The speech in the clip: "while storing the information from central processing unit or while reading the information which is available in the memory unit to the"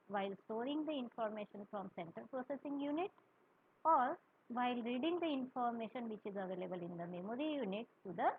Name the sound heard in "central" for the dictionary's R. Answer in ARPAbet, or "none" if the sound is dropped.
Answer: none